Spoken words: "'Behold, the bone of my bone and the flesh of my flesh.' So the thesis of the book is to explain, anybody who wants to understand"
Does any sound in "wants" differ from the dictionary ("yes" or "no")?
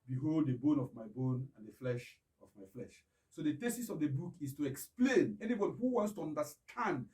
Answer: no